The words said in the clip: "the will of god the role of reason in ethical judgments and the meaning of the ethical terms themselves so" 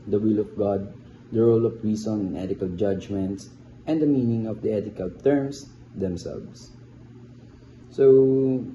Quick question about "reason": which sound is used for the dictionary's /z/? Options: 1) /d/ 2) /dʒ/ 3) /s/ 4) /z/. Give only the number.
3